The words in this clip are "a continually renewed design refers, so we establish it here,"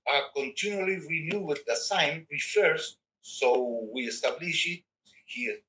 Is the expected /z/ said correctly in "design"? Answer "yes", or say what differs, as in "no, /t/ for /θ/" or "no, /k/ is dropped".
no, /s/ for /z/